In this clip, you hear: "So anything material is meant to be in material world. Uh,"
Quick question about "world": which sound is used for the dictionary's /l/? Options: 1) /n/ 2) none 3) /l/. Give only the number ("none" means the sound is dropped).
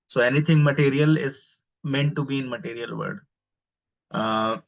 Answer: 2